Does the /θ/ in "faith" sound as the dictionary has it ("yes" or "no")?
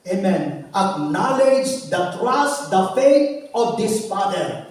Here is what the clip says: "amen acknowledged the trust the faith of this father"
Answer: no